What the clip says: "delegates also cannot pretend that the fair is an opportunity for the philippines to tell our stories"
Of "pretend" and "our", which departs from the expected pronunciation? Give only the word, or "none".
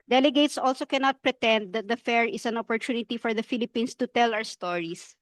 our